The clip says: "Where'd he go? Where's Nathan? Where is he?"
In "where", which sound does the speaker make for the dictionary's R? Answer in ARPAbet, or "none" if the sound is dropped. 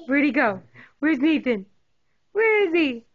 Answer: R